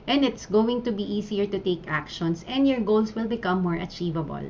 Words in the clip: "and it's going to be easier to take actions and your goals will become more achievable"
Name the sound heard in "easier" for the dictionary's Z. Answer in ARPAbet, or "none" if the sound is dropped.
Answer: S